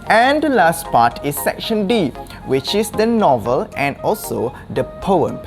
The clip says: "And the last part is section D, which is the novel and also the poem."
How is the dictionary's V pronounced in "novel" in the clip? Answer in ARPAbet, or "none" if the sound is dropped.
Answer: V